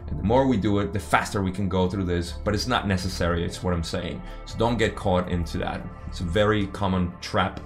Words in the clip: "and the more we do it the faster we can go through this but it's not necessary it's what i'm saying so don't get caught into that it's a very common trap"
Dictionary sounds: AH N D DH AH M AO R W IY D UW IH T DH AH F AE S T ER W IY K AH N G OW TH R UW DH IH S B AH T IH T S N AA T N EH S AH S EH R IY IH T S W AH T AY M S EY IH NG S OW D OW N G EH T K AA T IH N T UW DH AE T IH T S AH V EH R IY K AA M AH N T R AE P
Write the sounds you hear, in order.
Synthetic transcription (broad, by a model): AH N DH AH M AO R W IY D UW IH T DH AH F AE S T ER W IY K AH N G OW TH R UW DH IH S B AH T IH T S N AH T N EH S AH S EH R IY IH T S W AH T AY M S EY IH NG S OW D OW N G EH T K AA T IH N T UW DH AE T IH T S AH V EH R IY K AA M AH N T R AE P